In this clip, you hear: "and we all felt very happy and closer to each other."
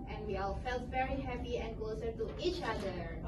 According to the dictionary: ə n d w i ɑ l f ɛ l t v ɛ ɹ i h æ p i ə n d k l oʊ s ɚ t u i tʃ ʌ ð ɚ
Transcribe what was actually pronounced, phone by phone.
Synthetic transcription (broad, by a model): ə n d w i ɑ l f ɛ l t v ɛ ɹ i h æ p i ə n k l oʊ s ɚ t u i tʃ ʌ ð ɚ